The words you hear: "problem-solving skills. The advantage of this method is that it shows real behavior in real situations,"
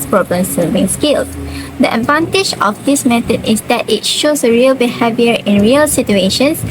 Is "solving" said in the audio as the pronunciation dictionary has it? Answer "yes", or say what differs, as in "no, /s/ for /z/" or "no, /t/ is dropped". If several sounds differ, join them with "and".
no, /l/ is dropped